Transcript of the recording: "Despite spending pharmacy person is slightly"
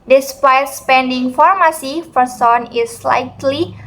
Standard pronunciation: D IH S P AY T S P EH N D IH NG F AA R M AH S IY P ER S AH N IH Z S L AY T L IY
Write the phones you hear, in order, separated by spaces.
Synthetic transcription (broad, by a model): D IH S P AY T S P EH N D IH NG F AA R M AH S IY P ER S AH N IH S L AY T L IY